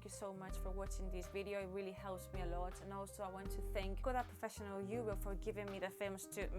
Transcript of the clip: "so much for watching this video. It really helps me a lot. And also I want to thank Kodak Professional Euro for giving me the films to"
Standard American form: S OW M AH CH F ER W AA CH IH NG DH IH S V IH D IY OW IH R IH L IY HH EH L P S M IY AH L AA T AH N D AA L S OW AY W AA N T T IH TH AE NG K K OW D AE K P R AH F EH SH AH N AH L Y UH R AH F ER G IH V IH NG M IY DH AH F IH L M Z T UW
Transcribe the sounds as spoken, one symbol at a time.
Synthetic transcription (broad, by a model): S OW M AH CH F ER W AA CH IH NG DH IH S V IH D IY OW IH R IH L IY HH EH L P S M IY AH L AA T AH N AA L S OW AY W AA N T T IH TH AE NG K K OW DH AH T P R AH F EH SH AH N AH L Y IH W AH F ER G IH V IH NG M IY DH AH F IH M S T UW